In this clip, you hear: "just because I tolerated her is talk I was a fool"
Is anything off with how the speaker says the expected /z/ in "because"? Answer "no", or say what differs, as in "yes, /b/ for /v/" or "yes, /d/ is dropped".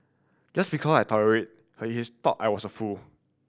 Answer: yes, /s/ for /z/